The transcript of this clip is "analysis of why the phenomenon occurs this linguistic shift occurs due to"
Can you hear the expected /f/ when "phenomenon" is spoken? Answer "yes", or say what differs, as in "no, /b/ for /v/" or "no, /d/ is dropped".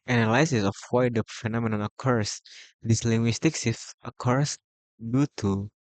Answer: yes